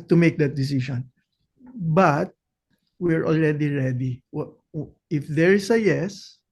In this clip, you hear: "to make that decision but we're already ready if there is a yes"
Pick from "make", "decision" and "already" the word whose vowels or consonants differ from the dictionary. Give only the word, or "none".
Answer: decision